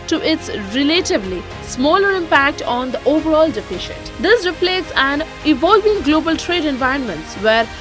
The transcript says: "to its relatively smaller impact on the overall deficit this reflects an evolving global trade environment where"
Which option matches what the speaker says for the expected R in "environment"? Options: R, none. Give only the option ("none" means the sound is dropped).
R